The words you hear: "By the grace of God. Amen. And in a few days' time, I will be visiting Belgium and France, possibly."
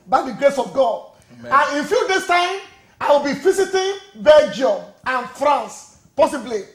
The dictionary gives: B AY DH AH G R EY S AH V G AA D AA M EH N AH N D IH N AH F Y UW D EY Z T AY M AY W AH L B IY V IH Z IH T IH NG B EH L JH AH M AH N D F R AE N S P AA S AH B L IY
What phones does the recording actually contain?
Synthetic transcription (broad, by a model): B AY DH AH G R EY S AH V G AA D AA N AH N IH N F Y UW D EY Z T AY M AY W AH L B IY F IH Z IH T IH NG B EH L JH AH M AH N F R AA N S P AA S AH B L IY